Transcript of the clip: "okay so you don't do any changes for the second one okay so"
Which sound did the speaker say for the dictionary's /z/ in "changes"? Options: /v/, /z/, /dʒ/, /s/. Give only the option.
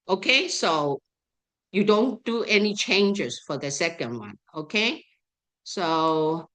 /s/